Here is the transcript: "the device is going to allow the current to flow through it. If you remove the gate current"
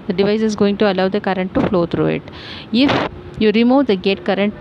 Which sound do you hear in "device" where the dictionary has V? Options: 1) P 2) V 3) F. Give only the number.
2